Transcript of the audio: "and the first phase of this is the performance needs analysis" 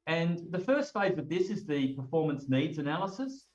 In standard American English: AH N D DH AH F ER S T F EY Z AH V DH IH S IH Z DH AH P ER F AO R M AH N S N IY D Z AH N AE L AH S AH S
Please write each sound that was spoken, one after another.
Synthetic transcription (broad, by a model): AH N DH AH F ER S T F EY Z AH V DH IH S IH Z DH AH P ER F AO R M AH N S N IY D Z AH N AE L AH S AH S